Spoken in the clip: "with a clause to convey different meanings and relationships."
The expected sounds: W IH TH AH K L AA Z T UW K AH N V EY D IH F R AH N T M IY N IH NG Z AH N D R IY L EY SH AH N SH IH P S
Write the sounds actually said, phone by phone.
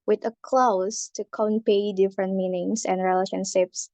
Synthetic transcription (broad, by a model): W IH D AH K L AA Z T UW K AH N P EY D IH F R AH N T M IY N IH NG S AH N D R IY L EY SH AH N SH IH P S